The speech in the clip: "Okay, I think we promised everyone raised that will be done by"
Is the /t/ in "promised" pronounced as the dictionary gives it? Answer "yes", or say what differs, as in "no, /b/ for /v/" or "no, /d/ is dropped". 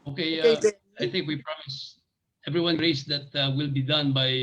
no, /t/ is dropped